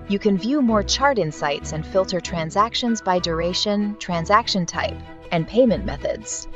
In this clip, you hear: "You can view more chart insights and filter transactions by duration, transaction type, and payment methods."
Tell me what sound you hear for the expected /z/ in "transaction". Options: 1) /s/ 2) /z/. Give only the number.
2